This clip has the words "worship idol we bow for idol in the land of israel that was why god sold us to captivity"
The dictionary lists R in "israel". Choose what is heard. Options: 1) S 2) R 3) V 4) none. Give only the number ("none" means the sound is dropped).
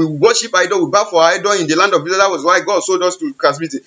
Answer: 4